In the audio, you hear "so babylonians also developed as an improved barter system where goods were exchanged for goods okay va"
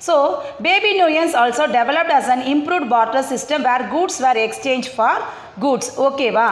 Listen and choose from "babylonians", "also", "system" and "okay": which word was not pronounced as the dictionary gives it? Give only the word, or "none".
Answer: babylonians